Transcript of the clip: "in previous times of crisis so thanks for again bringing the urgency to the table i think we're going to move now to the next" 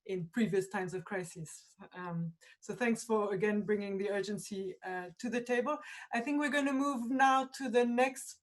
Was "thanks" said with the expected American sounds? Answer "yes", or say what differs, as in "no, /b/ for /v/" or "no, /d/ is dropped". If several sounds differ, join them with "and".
yes